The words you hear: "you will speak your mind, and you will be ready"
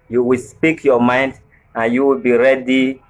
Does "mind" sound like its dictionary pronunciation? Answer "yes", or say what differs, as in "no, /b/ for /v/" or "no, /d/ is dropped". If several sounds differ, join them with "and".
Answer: yes